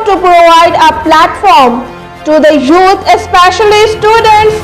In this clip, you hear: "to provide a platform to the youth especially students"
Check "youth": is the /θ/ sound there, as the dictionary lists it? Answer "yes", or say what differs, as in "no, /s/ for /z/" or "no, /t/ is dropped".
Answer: no, /t/ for /θ/